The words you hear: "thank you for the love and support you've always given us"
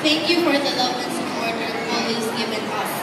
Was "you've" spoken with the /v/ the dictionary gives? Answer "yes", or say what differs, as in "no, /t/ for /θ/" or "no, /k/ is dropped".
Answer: no, /v/ is dropped